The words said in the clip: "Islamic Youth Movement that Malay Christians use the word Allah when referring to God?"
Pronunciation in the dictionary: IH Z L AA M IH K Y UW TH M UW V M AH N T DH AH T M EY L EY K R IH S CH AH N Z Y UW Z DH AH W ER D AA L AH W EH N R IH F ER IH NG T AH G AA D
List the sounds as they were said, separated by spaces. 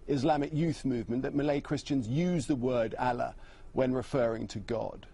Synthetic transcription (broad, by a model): IH Z L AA M IH K Y UW TH M UW V M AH N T DH AH T M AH L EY K R IH S CH AH N Z Y UW Z DH AH W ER D AA L AH W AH N R IH F ER IH NG T AH G AA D